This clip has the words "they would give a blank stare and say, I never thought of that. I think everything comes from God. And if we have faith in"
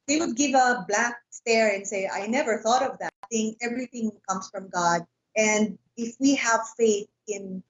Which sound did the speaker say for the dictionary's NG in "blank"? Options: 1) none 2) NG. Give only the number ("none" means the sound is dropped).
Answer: 1